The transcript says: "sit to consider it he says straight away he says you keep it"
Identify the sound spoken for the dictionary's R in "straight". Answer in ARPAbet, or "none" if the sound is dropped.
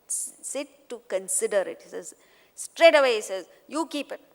R